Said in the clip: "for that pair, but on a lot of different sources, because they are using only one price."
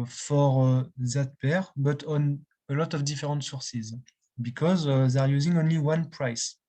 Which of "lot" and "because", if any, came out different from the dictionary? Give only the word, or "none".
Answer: none